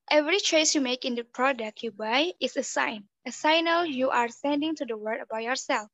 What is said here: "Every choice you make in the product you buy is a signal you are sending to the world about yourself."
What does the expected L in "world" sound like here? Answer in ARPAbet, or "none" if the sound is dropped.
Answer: none